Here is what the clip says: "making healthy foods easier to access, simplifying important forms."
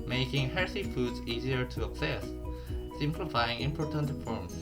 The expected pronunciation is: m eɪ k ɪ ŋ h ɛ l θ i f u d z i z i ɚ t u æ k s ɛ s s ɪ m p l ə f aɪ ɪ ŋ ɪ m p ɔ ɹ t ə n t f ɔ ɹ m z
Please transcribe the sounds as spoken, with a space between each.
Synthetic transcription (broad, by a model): m eɪ k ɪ ŋ h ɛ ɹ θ i f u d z i z i ɚ t u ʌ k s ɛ s s ɪ m p l ə f aɪ ɪ ŋ ɪ m p ɔ ɹ t ə n t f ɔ ɹ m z